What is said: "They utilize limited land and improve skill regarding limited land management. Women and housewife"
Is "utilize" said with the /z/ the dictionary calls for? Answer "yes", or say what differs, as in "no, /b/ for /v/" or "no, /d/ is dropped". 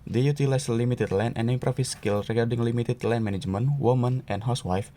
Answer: no, /s/ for /z/